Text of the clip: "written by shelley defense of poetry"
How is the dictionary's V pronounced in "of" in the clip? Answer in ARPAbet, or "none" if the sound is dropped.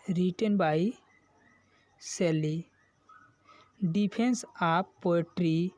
P